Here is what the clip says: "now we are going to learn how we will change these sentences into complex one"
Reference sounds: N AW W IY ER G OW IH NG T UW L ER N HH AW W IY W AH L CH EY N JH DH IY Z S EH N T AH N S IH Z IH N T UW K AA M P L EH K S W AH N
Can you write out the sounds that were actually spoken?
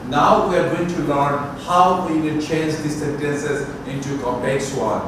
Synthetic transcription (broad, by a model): N AW W IY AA G OW IH NG T UW L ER N HH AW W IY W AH N CH EY N JH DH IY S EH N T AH N S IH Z IH N T UW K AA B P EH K S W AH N